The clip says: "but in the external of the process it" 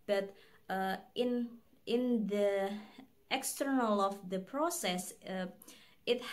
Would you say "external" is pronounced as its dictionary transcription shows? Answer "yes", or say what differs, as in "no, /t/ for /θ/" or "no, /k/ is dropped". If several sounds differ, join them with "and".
yes